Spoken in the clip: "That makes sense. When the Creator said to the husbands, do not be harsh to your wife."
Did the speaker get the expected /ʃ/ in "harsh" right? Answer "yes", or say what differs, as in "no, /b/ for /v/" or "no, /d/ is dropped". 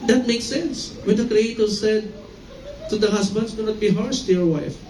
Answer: no, /s/ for /ʃ/